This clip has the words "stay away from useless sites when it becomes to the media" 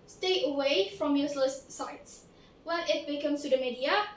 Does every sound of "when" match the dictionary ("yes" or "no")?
no